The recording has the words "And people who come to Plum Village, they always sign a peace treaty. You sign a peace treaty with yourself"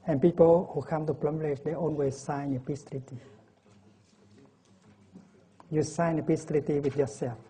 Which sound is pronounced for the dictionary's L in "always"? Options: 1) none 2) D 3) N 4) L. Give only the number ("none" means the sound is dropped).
3